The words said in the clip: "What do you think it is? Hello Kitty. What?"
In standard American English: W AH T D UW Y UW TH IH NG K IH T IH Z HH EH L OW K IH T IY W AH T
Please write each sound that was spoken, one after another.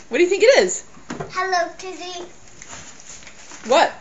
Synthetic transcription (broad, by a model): W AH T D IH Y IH TH IH NG K IH T IH Z HH EH L OW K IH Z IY W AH T